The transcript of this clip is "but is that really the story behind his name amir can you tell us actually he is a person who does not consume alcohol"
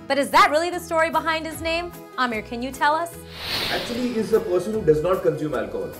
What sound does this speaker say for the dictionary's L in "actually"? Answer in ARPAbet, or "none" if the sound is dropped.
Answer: none